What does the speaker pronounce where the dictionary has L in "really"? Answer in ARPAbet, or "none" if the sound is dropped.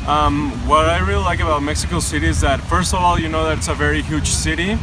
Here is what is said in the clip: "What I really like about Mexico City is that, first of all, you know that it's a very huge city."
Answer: L